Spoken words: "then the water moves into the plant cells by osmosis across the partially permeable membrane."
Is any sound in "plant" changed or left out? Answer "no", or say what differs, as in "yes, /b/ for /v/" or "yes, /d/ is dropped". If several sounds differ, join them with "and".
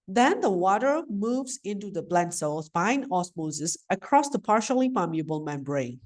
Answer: yes, /b/ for /p/